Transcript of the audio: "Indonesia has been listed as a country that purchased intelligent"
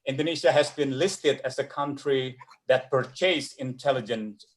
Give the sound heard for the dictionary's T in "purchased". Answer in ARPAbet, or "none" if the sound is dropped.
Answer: none